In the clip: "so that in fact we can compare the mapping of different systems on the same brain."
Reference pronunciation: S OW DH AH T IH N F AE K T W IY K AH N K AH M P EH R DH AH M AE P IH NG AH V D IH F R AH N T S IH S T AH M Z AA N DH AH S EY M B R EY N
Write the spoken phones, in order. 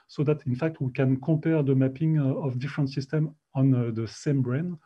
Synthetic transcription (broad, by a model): S OW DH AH T IH N F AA K T W IY K AH N K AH P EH R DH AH M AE P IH NG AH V D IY F R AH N T S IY S T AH M AA N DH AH S EY M B R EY N